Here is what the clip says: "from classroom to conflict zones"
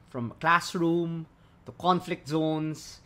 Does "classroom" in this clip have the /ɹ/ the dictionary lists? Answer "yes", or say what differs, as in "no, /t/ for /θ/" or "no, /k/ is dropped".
yes